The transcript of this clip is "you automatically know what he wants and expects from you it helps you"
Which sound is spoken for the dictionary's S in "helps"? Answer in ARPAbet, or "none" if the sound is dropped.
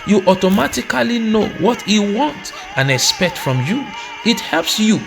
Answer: S